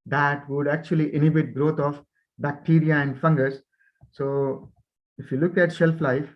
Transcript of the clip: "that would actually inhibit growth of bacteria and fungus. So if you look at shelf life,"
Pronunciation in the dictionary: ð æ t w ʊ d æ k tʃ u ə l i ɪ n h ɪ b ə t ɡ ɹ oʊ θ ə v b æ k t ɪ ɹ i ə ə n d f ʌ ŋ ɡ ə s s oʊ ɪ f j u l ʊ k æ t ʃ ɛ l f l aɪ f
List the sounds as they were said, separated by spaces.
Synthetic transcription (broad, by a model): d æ t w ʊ d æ k tʃ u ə l i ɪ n h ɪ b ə t ɡ ɹ oʊ t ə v b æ k t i ɹ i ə ə n d f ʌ ŋ ɡ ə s s oʊ ɪ f j u l ʊ k æ t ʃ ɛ l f l aɪ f